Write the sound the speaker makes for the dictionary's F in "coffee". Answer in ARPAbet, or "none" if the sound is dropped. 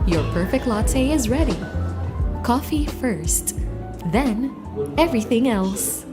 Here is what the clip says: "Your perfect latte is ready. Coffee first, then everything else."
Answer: F